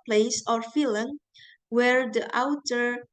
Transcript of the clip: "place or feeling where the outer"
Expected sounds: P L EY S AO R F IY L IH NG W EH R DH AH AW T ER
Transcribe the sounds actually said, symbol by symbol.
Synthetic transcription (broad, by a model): P L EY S AO R F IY L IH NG W EH R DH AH AW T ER